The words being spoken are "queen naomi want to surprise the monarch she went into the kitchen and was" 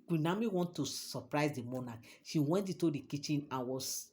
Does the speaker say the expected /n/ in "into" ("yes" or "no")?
no